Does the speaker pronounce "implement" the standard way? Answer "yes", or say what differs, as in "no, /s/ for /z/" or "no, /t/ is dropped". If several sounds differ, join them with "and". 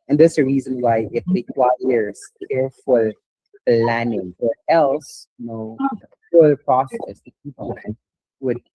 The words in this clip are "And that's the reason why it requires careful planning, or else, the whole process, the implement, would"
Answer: no, /l/ is dropped